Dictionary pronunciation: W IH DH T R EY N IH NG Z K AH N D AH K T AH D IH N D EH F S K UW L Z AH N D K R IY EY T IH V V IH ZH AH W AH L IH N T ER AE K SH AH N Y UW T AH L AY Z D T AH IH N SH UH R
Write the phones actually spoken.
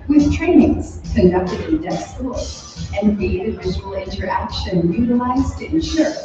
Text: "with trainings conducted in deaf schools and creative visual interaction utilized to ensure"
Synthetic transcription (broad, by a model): W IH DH T R EY N IH NG Z K AH N D AH K T AH D IH N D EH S AH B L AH N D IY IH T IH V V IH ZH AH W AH L IH N T ER AE K SH AH N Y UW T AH L AY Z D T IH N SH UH R